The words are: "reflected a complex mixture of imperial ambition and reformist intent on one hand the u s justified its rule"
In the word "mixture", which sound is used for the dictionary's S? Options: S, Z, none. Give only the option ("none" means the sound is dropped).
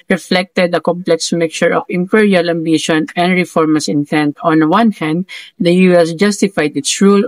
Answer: none